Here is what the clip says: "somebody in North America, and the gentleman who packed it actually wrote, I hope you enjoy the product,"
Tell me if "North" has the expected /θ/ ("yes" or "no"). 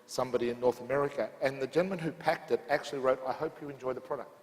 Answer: yes